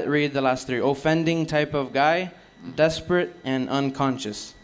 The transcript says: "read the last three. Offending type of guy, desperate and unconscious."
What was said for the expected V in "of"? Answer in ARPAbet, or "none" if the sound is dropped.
V